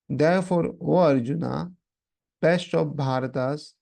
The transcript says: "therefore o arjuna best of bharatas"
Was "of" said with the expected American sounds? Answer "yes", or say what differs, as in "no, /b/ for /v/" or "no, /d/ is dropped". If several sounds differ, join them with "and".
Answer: no, /p/ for /v/